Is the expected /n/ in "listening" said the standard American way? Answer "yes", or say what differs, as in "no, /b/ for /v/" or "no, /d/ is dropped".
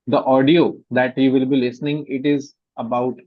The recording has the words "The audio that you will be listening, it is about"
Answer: yes